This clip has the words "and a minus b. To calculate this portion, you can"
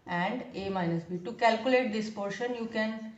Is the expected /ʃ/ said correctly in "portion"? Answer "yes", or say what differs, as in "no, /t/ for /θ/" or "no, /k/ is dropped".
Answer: yes